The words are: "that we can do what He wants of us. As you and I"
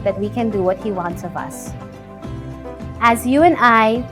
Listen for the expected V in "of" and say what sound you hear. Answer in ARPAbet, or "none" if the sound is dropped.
V